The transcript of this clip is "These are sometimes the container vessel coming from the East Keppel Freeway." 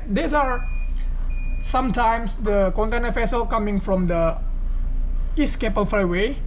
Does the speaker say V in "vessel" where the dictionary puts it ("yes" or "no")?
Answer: no